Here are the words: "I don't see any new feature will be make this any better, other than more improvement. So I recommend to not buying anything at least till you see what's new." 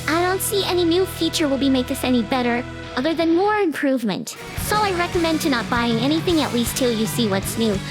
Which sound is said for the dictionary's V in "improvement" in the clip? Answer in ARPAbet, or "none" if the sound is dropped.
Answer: V